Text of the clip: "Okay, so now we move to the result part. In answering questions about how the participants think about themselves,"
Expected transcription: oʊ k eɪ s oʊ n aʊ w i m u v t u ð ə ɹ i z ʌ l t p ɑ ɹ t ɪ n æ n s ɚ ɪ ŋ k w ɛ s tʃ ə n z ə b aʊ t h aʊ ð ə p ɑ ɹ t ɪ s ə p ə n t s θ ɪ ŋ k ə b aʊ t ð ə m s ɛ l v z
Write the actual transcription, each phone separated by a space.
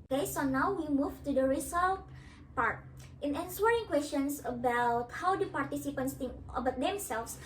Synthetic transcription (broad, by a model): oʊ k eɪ s oʊ n aʊ w i m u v t u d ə ɹ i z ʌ l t p ɑ ɹ t ɪ n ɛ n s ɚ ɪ ŋ k w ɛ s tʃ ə n s ə b aʊ t h aʊ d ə p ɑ ɹ t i s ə p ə n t s t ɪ ŋ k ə b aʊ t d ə m s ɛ l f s